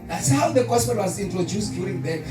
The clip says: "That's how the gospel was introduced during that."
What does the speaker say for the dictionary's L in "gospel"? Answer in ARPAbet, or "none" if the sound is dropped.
N